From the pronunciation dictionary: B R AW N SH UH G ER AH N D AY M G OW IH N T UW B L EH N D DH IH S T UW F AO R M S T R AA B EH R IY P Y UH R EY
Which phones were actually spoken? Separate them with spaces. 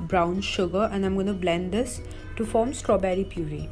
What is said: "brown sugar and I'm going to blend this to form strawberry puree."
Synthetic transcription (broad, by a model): B R AW N SH UH G ER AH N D AY M G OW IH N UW B L EH N D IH S T UW F AO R M S T R AA B EH R IY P Y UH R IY